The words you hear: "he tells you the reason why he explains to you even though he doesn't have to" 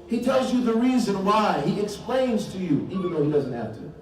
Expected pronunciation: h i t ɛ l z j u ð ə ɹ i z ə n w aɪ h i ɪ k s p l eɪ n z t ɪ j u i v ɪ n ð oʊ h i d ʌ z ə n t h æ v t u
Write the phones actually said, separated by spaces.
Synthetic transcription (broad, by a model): h i t ɛ l z j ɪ ð ə ɹ i z ə n w aɪ h i ɪ k s p l eɪ n z t ɪ j u i v ɪ n ð oʊ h i d ʌ z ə n t h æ f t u